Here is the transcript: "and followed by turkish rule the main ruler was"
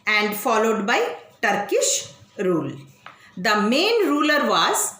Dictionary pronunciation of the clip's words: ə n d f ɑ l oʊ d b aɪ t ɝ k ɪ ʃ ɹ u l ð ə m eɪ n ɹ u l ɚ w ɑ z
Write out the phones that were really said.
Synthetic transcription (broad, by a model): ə n d f ɑ l oʊ d b aɪ t ɝ k ɪ ʃ ɹ u l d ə m eɪ n ɹ u l ɚ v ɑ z